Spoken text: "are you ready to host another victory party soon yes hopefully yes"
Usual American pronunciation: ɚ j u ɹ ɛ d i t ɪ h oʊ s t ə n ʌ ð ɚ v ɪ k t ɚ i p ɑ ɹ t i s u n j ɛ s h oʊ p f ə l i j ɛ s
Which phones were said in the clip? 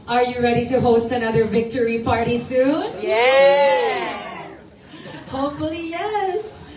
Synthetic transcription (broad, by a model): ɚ j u ɹ ɛ d i t ɪ h oʊ s t ə n ʌ ð ɚ v ɪ k t ɚ i p ɑ ɹ t i s u n j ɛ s h oʊ p f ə l i j ɛ s